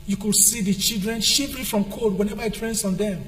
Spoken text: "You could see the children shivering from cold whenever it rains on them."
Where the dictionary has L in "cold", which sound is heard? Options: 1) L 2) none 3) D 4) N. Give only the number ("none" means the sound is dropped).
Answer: 2